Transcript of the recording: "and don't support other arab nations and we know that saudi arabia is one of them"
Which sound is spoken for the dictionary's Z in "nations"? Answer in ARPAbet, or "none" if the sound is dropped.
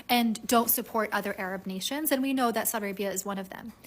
Z